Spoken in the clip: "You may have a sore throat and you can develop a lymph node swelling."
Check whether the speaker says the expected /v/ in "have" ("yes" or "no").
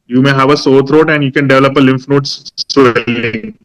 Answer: yes